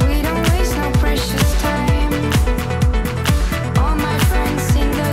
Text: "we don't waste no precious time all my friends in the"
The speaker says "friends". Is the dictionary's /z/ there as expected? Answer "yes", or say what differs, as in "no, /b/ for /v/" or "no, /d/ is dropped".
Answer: no, /s/ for /z/